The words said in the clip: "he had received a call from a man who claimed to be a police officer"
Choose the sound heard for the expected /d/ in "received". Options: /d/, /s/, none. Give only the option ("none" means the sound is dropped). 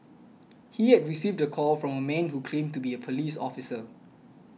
/d/